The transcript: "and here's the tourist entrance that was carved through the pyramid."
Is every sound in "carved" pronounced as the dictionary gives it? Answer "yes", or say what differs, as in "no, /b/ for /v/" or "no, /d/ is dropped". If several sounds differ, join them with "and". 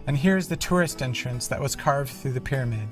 yes